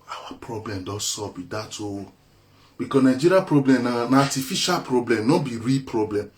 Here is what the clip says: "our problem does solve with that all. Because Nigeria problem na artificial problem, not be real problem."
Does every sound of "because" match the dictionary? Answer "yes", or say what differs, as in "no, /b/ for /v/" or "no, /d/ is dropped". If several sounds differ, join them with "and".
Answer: no, /z/ is dropped